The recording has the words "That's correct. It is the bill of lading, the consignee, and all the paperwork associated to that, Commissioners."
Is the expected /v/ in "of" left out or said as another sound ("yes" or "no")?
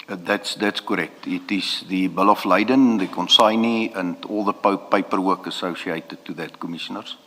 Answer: yes